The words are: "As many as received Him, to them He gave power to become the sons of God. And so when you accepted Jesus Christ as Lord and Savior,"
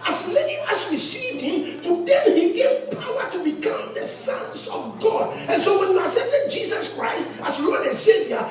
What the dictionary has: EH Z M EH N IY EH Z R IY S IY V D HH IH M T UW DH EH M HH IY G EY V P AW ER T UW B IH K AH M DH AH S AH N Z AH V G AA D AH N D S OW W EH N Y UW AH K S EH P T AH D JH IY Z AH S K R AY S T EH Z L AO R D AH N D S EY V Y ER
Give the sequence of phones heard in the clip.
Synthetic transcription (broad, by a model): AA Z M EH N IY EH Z R IY S IY V D HH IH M T UW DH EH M HH IY G EY V P AW ER T UW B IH K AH M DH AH S AH N Z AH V G AA D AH N S OW W EH N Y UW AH S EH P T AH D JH IY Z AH S K R AY S T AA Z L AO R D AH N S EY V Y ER